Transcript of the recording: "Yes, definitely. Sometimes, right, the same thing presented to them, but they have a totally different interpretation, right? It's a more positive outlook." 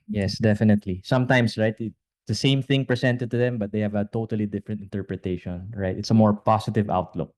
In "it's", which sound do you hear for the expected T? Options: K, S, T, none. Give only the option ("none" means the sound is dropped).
T